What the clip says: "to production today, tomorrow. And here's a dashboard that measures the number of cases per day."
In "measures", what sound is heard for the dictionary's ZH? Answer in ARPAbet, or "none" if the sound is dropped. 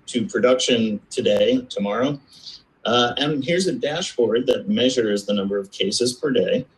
ZH